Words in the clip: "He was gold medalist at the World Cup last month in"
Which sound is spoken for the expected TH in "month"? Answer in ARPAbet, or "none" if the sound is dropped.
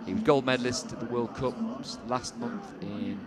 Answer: TH